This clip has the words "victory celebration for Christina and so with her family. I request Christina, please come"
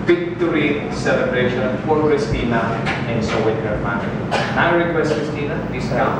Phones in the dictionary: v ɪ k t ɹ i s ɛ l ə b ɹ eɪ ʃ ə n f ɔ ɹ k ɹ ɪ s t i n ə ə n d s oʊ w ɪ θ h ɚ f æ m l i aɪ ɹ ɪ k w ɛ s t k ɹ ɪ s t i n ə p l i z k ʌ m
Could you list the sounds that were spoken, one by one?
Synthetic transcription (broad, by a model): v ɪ k t ɹ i s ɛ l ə b ɹ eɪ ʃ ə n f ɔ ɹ k ɹ ɪ s t i n ə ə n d s oʊ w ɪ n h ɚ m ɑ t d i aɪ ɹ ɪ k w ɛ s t k ɹ ɪ s t i n ə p i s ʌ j